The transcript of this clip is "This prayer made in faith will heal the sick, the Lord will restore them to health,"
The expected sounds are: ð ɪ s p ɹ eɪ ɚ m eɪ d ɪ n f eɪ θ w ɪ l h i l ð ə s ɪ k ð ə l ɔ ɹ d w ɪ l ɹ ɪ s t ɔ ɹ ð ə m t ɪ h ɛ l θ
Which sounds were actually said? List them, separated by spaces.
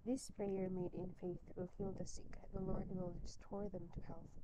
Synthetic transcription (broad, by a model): ð ɪ s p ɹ eɪ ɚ m eɪ d ɪ n f eɪ θ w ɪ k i l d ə s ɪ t ð ə l ɔ ɹ d w ɪ l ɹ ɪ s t ɔ ɹ ð ə m t ɪ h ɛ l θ